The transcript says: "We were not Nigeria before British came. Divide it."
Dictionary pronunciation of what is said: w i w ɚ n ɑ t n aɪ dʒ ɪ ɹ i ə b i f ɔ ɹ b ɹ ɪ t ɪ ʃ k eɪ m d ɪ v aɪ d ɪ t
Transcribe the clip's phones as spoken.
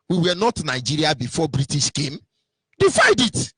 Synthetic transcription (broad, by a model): w i w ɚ n ɑ t n aɪ dʒ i ɹ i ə b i f ɔ b ɹ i t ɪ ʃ k eɪ m d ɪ f aɪ d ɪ t